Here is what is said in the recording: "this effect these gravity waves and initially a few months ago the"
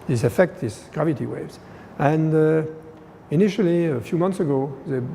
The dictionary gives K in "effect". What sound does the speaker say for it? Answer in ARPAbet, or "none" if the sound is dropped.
K